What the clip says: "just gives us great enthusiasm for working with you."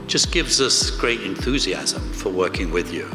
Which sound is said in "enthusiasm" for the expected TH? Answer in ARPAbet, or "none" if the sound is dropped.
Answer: TH